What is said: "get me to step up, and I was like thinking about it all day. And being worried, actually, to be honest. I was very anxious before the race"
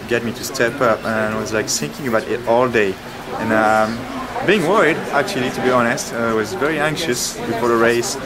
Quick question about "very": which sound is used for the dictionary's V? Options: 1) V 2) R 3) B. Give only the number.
1